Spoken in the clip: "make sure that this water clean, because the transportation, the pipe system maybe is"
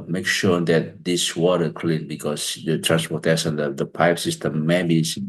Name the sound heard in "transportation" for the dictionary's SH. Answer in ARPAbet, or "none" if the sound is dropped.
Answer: S